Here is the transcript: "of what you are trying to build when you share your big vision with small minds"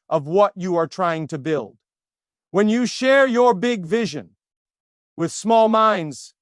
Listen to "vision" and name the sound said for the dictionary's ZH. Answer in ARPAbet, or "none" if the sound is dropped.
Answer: ZH